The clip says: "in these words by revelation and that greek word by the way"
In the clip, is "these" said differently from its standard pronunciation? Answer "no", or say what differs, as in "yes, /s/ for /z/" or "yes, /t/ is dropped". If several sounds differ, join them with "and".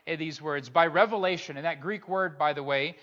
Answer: no